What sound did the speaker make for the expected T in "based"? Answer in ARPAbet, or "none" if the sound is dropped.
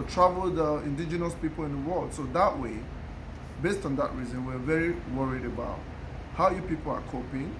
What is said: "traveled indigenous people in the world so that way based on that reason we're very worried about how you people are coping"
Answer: T